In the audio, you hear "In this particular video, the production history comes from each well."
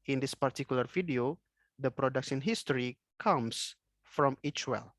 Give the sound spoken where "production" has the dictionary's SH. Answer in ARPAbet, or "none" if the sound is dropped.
S